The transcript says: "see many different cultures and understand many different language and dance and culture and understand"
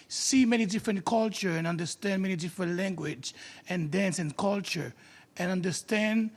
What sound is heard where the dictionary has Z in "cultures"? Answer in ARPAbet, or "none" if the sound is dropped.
none